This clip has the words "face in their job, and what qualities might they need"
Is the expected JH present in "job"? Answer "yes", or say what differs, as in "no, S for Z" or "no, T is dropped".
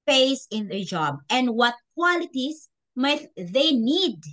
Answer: yes